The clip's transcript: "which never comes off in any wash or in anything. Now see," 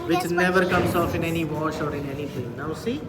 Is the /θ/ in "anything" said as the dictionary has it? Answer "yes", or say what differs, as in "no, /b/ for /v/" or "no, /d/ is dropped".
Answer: no, /t/ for /θ/